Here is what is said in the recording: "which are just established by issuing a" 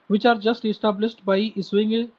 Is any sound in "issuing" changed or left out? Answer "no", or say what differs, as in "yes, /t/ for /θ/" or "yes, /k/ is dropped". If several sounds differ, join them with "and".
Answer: yes, /s/ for /ʃ/